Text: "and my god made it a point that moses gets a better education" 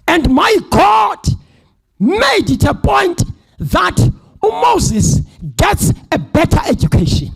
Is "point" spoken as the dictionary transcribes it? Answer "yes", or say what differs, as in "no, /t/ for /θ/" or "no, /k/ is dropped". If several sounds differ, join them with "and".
yes